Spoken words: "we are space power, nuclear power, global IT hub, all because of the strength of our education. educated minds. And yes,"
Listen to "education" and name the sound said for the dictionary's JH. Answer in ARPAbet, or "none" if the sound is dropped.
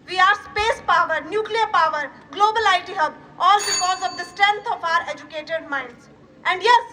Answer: none